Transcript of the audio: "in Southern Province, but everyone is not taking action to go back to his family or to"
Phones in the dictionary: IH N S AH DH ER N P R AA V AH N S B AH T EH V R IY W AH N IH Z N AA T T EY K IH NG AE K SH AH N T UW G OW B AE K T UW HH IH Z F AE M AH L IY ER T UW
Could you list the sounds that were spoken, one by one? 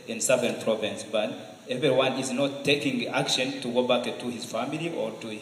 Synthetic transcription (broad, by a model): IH N S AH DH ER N P R AA V AH N S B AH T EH V R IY W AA N IH Z N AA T T EY K IH NG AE K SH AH N T UW G OW B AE K T UW HH IH Z F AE M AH L IY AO T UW